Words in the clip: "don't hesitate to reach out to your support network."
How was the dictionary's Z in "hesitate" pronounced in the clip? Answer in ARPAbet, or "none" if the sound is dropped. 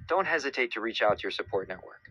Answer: Z